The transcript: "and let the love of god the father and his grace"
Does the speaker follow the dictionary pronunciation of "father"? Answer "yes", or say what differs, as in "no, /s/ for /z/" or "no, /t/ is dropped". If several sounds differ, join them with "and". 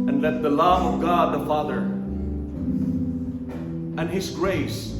yes